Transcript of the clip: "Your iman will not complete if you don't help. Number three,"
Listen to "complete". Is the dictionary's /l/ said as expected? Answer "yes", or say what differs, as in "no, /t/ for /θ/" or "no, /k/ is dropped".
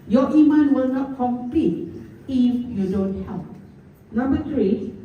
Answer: no, /l/ is dropped